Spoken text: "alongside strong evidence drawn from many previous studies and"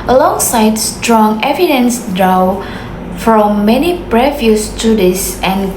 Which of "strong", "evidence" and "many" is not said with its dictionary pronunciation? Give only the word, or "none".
none